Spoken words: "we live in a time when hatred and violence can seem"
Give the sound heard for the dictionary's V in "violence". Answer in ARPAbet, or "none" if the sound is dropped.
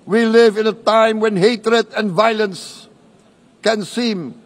V